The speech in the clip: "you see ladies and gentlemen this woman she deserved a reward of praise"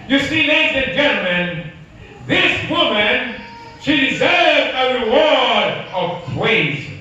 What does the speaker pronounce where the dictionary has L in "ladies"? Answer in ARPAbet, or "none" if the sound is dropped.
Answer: N